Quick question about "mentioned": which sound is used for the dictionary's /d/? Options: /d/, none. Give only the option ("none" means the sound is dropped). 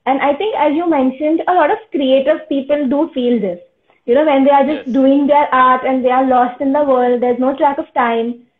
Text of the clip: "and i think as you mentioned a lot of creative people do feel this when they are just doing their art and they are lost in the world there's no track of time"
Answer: /d/